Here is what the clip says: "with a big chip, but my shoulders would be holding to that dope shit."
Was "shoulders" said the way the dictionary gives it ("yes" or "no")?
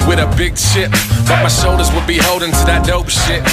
no